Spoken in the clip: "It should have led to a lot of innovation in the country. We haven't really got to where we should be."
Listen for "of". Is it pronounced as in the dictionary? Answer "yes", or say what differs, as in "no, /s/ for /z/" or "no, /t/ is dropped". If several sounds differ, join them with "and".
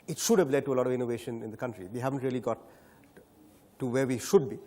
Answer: yes